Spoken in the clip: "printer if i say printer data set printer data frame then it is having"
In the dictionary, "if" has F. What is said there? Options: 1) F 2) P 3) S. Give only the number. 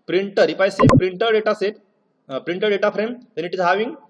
2